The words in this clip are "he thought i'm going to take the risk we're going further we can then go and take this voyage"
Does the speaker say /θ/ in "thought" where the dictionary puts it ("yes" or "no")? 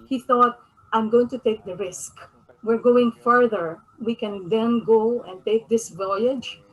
yes